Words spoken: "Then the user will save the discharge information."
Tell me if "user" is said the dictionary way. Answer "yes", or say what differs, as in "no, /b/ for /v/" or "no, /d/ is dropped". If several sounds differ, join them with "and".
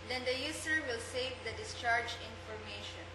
no, /s/ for /z/